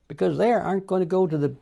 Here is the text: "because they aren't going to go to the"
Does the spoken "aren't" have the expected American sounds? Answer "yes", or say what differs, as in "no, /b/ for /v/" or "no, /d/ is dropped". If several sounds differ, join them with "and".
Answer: no, /ɹ/ is dropped